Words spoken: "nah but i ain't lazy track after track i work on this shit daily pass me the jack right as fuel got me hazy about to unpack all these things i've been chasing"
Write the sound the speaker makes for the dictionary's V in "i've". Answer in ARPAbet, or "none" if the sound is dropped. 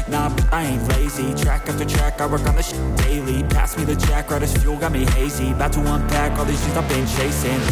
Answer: P